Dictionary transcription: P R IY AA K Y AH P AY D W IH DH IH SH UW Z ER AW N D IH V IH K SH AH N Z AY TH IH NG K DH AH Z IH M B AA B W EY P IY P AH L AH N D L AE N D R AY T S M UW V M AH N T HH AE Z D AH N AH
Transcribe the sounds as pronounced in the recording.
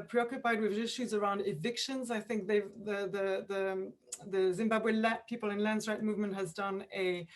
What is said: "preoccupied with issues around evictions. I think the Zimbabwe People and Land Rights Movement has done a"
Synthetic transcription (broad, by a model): P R IY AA K Y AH P AY D W IH DH IH SH UW Z ER AW N D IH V IH K SH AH N Z AY TH IH NG K DH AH Z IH M B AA B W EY P IY P AH L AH N L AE N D R AY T M UW V M AH N T HH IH Z D AH N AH